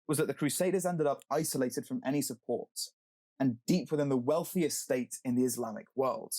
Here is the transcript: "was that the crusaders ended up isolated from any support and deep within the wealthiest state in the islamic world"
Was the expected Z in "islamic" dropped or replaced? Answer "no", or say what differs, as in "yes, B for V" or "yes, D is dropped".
no